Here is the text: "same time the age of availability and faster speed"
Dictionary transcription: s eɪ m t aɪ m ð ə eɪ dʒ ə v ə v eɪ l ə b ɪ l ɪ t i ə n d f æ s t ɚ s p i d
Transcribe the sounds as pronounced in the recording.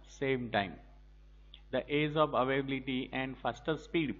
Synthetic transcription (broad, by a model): s eɪ m t aɪ m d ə eɪ z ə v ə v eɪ ə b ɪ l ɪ t i ə n d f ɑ s t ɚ s p i d